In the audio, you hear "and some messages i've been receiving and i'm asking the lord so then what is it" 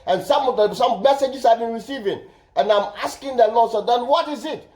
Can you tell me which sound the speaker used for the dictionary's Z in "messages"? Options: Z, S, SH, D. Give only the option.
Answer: S